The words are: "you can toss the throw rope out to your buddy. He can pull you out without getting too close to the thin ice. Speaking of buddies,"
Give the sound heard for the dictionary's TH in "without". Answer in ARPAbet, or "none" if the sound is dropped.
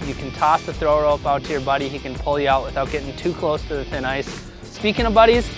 TH